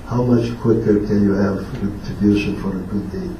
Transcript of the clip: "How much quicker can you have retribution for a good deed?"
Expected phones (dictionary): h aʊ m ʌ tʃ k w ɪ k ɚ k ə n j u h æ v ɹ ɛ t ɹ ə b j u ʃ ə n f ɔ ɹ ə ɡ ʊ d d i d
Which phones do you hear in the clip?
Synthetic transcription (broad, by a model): h aʊ m ʌ tʃ k w ɪ k ɚ k ə n j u h æ v w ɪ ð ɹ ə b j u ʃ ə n f ɔ ɹ ə ɡ ʊ d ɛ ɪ